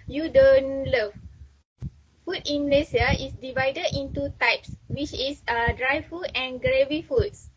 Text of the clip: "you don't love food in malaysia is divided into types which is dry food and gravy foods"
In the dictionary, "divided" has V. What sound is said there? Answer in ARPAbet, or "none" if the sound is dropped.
V